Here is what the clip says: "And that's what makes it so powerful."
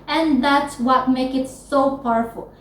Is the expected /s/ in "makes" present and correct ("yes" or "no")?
no